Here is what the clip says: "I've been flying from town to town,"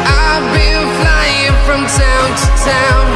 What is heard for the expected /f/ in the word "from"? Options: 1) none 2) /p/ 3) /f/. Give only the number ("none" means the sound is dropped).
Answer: 3